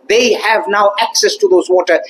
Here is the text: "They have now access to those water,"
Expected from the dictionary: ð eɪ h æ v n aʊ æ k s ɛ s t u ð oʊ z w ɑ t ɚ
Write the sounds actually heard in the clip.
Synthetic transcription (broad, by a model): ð eɪ h æ v n aʊ æ k s ɛ s t u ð oʊ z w ɑ t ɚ